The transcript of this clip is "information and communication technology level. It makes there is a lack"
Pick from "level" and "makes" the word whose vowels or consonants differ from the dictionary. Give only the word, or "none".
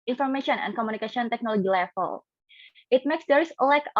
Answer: level